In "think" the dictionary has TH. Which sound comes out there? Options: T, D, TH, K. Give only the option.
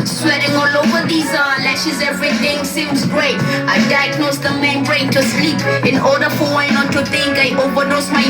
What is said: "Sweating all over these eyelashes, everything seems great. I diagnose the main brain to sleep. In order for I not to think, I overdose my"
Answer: T